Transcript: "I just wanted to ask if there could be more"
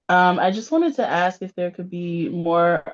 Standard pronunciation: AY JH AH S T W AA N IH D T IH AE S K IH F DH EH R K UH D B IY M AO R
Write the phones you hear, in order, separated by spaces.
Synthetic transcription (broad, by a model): AY JH AH S T W AA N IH D T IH AE S K IH F DH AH R K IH D B IY M AO R